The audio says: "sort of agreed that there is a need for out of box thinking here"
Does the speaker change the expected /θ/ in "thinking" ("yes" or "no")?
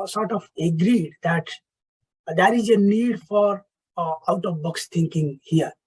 yes